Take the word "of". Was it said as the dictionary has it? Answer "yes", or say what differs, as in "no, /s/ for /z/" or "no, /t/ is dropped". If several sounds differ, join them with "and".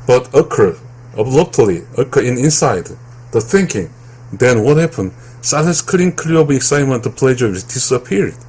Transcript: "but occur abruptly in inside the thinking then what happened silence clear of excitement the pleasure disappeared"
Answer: no, /b/ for /v/